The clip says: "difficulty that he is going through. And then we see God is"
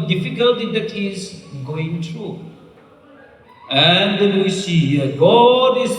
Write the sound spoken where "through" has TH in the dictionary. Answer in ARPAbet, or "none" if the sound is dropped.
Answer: T